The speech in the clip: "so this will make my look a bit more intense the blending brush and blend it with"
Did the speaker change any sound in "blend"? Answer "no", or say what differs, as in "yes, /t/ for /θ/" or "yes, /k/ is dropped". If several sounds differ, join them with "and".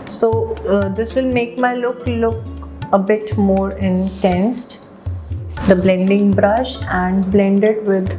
no